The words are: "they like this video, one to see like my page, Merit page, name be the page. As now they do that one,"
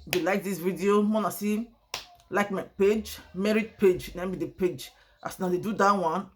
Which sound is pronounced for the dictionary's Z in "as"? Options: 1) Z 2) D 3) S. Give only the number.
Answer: 3